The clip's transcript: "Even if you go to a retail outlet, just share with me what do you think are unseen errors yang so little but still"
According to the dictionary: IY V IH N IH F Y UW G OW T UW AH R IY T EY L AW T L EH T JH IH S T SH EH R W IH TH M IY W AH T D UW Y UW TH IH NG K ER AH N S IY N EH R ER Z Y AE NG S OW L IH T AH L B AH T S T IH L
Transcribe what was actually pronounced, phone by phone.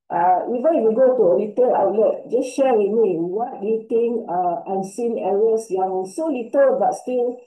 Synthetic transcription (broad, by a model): IY V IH N IH F Y UW G OW T UW AH L IY T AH L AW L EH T JH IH S SH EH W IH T M IY W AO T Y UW T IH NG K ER AH N S IY N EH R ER S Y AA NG S OW L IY T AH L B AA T S T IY L